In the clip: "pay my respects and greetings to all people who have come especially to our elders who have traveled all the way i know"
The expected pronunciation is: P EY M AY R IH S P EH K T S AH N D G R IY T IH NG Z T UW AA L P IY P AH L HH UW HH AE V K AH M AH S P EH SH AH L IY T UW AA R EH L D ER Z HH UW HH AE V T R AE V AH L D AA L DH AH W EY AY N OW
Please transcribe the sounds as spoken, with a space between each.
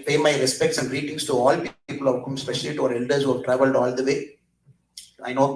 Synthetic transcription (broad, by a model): P EY M AY R IH S P EH K T S AH N D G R IY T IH NG S T UW AA L P IY P AH L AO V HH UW M S P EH SH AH L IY T UW AA R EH L D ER S HH UW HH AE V T R AE V AH L D AA L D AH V EY AY N OW